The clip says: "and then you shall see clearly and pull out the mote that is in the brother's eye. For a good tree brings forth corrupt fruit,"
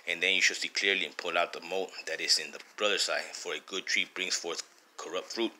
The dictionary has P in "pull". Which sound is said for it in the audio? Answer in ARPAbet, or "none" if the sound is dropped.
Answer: P